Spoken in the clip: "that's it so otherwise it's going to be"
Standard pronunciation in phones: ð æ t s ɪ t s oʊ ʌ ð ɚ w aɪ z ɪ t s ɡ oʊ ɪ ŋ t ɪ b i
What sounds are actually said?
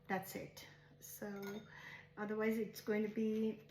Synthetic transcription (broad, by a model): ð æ t s ɪ t s oʊ ʌ ð ɚ w aɪ z ɪ t s ɡ oʊ ɪ ŋ t ɪ b i